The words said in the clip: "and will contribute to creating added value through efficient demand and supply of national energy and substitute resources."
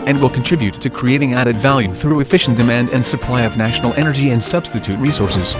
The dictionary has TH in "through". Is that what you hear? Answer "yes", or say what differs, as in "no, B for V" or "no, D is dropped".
yes